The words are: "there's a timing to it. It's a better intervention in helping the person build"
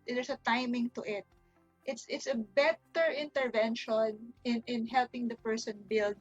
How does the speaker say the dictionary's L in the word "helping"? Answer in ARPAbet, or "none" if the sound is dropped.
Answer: L